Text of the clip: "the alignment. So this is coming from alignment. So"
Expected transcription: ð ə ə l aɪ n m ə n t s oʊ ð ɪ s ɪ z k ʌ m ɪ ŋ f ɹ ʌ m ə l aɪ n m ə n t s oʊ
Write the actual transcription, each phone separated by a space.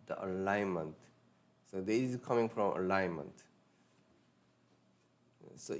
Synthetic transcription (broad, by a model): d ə ə l aɪ n m ə n t s oʊ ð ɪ ɪ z k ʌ m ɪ ŋ f ɹ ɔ m ə l aɪ n m ə n t s oʊ